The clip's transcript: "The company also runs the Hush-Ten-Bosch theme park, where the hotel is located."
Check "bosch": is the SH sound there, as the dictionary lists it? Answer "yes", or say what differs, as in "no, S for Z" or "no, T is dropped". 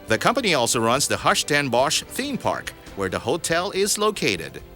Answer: yes